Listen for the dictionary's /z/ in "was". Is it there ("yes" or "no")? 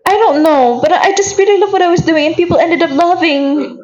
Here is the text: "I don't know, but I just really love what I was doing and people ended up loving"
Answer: yes